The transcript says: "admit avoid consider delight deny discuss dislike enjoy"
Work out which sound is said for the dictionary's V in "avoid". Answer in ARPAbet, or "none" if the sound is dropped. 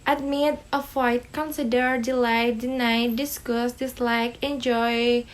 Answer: F